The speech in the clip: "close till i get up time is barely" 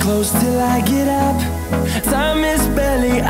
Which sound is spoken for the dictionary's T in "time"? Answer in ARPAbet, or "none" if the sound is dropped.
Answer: S